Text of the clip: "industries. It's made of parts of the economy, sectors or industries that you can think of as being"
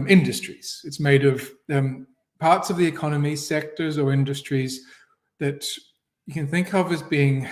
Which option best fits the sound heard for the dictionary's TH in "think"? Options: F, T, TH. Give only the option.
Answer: TH